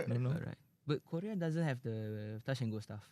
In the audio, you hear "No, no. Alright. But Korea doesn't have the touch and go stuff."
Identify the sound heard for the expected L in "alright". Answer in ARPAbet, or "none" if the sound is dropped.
none